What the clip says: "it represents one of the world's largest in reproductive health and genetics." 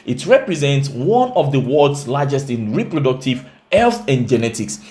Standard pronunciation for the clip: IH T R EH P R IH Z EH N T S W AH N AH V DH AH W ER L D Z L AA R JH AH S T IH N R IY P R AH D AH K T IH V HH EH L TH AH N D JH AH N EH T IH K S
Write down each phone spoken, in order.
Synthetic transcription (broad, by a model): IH T R EH P R IH Z EH N T S W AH N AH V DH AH W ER D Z L AA JH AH S T IH N R IY P R AH D AH K T IH V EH L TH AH N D JH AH N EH T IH K S